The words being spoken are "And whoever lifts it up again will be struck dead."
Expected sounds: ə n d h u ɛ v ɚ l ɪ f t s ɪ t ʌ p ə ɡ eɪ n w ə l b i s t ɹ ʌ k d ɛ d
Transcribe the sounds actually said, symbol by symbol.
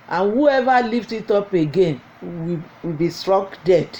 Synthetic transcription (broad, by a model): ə n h u ɛ v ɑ l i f t ɪ t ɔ p ə ɡ eɪ n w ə w b i s t ɹ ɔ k d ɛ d